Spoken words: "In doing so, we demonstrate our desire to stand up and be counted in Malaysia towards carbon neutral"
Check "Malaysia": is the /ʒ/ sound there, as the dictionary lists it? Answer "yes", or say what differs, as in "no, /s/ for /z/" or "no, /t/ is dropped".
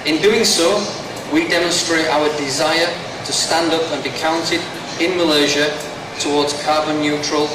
yes